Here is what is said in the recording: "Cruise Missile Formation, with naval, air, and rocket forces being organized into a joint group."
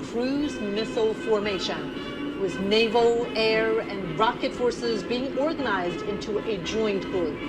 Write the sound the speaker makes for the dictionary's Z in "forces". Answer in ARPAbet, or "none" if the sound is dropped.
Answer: Z